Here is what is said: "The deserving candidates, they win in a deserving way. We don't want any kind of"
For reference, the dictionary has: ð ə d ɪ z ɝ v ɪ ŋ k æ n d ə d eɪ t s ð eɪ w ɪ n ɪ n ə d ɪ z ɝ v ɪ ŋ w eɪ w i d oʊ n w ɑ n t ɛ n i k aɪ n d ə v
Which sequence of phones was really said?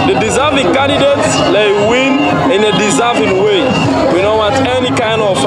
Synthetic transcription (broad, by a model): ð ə d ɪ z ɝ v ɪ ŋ k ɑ n d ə d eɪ t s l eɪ w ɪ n ɪ n ə d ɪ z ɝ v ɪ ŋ w eɪ w i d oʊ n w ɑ t ɛ n i k aɪ n d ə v